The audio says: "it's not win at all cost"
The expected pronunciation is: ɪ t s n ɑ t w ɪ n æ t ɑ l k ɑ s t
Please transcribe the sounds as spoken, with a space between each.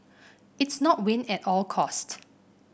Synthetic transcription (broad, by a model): ɪ t s n ɑ t w ɪ n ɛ t ɑ l k ɑ s t